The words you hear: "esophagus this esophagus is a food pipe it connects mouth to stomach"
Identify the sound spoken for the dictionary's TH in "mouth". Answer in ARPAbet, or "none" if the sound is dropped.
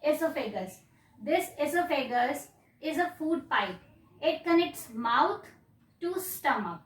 T